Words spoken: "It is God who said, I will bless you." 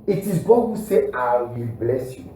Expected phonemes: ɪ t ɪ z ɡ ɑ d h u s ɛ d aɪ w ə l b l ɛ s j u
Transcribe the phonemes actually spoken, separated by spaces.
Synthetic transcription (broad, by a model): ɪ t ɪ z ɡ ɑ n h u s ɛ aɪ w ə l b l ɛ s j u